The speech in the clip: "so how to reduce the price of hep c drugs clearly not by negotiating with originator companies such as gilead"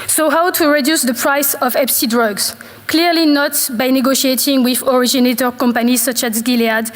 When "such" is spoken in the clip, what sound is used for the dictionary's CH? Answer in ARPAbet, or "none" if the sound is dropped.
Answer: CH